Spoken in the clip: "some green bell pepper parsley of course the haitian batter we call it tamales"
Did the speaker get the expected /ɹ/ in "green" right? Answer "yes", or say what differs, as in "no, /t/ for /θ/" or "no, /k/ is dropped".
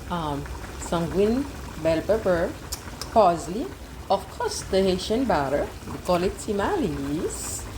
no, /w/ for /ɹ/